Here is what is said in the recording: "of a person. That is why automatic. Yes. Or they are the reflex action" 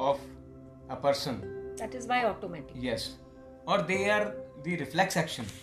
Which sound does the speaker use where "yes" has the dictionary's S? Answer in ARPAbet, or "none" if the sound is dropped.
S